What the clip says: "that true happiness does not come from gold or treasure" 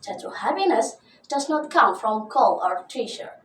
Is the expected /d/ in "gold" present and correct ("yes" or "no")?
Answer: no